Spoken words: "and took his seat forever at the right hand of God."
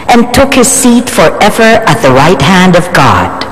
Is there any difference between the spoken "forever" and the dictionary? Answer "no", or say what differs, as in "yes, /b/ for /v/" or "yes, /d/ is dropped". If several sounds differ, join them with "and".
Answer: no